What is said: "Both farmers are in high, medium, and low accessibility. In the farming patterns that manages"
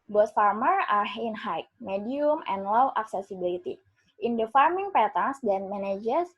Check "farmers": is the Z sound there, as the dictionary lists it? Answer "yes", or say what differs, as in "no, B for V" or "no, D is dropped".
no, Z is dropped